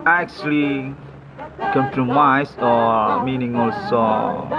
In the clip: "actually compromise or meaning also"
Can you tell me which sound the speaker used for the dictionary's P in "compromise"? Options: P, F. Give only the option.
F